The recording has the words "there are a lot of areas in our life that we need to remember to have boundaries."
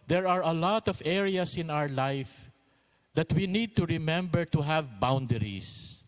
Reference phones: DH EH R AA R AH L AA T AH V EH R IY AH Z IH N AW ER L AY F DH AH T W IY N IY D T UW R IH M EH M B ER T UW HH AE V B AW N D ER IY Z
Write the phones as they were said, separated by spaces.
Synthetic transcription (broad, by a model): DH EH R AA R AH L AA T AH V EH R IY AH S IH N AW ER L AY F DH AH T W IY N IY D T UW R IH M EH M B ER T UW HH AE V B AW N D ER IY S